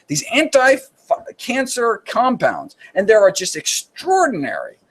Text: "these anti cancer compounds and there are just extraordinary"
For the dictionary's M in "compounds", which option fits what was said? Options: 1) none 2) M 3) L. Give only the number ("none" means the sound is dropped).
2